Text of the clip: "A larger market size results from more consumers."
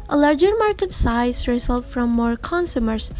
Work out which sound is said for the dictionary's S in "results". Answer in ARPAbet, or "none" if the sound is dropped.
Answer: none